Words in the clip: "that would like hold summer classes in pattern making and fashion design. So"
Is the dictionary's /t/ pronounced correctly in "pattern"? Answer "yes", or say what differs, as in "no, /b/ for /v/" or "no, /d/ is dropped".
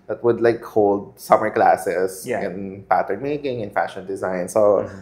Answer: yes